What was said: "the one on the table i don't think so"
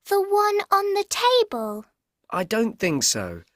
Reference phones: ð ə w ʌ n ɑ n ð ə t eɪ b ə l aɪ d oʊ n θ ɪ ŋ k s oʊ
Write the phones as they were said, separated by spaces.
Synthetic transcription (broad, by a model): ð ə w ʌ n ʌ n ð ə t eɪ b ə l aɪ d oʊ n θ ɪ ŋ k s oʊ